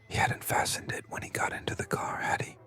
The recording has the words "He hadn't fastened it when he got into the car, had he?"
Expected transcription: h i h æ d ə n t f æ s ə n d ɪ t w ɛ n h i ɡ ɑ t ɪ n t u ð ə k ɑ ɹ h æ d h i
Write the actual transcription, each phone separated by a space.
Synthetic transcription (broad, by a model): h i h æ d n t f æ s ə n d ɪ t w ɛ n h i ɡ ɑ t ɪ n t u ð ə k ɑ ɹ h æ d h i